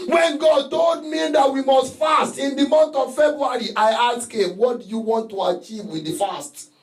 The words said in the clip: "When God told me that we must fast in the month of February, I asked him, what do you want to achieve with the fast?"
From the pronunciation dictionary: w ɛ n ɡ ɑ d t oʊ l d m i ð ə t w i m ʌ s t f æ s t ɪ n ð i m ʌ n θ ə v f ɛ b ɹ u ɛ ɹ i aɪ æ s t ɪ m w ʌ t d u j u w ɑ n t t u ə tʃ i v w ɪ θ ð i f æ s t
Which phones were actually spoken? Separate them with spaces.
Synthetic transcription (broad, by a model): w ɛ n ɡ ɑ d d oʊ d m i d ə t w i m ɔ s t f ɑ s t ɪ n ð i m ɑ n t ə v f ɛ b ɹ u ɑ ɹ i aɪ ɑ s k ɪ w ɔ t d u j u w ɑ n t t u ə tʃ i v w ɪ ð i f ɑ s t